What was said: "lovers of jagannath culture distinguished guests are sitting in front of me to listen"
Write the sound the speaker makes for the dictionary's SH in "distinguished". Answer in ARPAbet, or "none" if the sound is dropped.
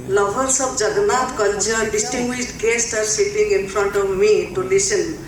S